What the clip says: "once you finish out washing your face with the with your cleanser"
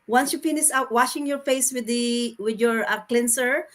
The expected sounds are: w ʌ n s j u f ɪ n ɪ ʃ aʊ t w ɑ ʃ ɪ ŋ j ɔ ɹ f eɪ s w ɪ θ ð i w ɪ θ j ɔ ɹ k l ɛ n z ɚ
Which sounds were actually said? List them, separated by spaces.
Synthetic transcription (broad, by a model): w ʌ n s j u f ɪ n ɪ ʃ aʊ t w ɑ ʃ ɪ ŋ j ɔ ɹ f eɪ s w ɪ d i w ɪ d j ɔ ɹ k l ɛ n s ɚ